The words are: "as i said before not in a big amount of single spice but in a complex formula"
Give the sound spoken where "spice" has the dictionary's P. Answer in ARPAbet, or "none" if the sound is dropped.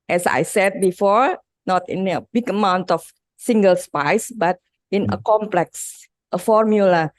P